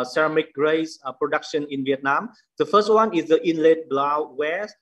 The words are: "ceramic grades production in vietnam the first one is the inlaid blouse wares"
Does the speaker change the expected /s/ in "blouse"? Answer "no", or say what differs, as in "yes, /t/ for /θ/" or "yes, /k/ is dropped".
yes, /s/ is dropped